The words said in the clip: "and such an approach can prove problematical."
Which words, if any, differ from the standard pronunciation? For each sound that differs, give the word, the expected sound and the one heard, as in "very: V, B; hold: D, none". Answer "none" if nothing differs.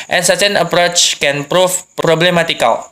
prove: V, P